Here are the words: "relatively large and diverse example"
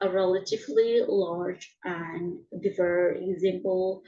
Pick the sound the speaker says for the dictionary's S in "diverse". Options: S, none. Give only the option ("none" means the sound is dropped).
none